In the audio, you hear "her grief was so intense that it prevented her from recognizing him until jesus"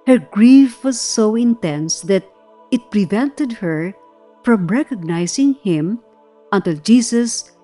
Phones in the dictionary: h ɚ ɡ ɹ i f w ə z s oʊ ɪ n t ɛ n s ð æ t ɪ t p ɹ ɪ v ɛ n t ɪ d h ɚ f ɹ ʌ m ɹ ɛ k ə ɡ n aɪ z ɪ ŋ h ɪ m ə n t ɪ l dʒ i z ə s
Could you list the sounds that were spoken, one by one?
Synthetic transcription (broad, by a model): h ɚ ɡ ɹ i f w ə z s oʊ ɪ n t ɛ n s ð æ t ɪ t p ɹ ɪ v ɛ n t ɪ d h ɚ f ɹ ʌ m ɹ ɛ k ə ɡ n aɪ s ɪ ŋ h ɪ m ə n t ɪ l dʒ i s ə s